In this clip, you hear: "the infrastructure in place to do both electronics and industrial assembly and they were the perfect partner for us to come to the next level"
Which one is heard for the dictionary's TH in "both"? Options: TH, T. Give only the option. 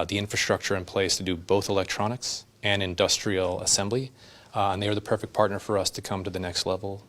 TH